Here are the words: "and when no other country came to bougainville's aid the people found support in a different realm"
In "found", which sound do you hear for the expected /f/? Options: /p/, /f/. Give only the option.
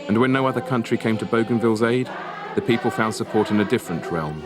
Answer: /f/